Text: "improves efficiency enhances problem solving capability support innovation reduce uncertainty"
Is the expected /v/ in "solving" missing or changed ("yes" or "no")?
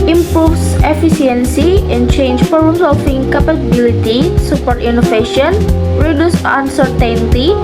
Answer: yes